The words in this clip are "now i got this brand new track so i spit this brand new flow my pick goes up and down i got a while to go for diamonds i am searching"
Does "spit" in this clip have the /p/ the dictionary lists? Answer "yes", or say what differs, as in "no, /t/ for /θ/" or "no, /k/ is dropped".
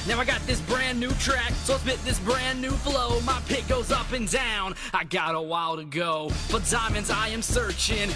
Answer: no, /b/ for /p/